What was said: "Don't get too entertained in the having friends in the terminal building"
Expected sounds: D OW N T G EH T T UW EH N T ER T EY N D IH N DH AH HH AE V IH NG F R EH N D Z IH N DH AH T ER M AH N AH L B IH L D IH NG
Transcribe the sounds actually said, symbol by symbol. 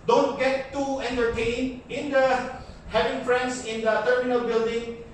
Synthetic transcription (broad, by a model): D OW N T G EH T T UW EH N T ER T EY N IH N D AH HH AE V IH NG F R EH N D S IH N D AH T ER M AH N AH L B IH L D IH NG